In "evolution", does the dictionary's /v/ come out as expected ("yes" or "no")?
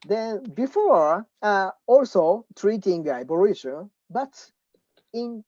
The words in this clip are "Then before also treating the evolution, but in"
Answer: no